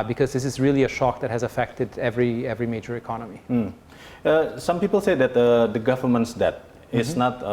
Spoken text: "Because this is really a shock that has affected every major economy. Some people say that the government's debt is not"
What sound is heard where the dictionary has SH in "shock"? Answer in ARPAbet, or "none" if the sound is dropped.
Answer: SH